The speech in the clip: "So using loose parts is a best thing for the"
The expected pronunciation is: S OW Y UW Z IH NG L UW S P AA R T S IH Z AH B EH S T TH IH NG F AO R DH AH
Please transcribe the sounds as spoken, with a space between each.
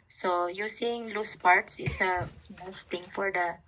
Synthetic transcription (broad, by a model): S OW Y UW S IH NG L UW S P AA R T S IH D AH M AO S T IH NG F AO R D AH